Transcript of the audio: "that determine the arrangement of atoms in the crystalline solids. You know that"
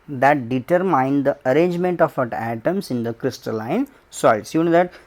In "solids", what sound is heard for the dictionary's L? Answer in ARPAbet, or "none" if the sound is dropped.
none